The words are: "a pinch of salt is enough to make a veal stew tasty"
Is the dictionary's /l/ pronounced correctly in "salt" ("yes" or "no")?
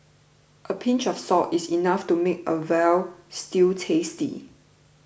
no